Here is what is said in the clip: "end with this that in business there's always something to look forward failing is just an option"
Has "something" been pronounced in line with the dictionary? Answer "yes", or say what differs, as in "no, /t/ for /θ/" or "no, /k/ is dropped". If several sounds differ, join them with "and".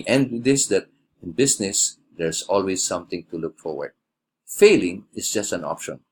no, /t/ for /θ/